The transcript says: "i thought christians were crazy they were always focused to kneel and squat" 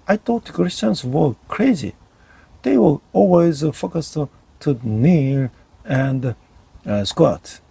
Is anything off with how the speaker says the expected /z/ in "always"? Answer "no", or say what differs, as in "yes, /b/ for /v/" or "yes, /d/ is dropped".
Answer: no